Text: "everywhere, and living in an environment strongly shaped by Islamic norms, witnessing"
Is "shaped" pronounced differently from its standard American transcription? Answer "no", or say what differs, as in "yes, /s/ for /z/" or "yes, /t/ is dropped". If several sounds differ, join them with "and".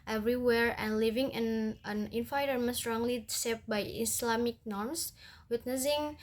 yes, /s/ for /ʃ/